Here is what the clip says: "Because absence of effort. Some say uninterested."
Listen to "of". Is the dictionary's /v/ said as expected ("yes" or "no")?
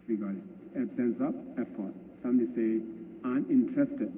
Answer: no